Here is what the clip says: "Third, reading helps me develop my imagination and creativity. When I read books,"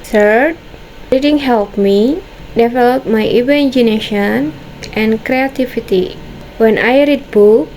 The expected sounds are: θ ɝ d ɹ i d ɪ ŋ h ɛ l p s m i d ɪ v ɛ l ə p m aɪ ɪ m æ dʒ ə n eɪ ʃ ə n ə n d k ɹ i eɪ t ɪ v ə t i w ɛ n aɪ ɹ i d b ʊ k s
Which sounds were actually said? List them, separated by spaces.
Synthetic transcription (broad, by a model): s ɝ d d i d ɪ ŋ h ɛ l p m i d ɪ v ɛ l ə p m aɪ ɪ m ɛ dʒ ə n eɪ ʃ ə n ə n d k ɹ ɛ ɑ t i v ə t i w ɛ n aɪ ɹ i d b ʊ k